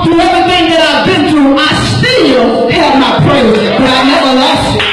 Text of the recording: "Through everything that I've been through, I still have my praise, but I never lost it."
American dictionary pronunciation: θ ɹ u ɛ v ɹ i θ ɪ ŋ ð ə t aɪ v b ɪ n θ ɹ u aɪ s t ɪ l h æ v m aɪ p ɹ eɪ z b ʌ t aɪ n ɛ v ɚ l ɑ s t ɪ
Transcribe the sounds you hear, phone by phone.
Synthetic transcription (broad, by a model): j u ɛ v i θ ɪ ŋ ð ə t aɪ v b ɪ n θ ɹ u aɪ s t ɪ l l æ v m aɪ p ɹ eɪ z b ʌ t aɪ n ɛ v ɚ l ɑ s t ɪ